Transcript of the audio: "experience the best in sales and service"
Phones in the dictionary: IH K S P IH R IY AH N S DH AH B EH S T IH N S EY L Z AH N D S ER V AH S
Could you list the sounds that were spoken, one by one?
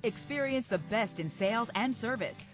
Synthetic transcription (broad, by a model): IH K S P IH R IY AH N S DH AH B EH S T IH N S EY L Z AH N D S ER V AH S